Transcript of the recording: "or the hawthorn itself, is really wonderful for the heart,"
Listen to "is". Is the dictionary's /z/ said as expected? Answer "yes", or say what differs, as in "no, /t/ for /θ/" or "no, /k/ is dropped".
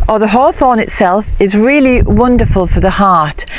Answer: yes